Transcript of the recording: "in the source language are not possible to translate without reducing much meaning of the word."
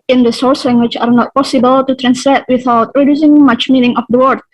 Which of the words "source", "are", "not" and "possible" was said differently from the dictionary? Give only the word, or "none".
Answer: none